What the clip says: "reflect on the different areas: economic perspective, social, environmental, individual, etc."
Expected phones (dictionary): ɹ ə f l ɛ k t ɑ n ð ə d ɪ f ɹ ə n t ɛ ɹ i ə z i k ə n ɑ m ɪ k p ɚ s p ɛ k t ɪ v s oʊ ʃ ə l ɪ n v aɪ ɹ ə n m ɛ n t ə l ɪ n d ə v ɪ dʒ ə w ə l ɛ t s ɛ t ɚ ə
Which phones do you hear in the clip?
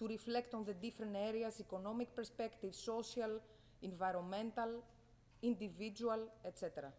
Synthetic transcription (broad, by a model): ɹ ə f l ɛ k t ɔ n ð ə d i f ɹ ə n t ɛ ɹ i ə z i k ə n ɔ m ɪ k p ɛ s p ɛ k t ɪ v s oʊ s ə l ɪ n v aɪ ɹ ə n m ɛ n t ə l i n d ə v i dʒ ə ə l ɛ t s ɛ t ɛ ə